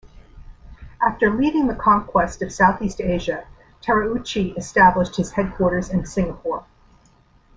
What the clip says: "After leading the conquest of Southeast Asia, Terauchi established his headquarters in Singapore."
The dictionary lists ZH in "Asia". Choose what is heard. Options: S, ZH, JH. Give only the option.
ZH